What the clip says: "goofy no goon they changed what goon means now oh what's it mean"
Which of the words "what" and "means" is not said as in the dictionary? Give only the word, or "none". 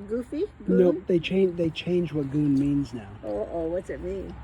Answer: none